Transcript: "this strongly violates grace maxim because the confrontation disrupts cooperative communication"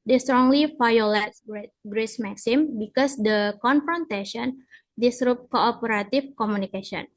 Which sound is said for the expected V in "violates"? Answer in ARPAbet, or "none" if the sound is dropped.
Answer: F